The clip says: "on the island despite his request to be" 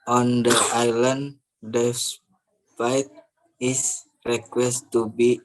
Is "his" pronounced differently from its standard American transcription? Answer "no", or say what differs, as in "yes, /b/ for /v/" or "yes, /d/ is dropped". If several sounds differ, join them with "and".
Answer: yes, /s/ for /z/